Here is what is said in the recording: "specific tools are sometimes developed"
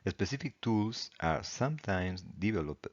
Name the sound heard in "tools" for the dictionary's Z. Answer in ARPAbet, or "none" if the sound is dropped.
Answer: S